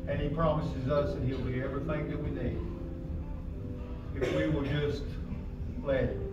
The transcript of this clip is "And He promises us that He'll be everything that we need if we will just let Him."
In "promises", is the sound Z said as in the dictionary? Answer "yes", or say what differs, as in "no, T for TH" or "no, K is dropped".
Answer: yes